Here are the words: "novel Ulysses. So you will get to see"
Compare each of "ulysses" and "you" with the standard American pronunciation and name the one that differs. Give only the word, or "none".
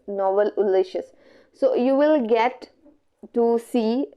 ulysses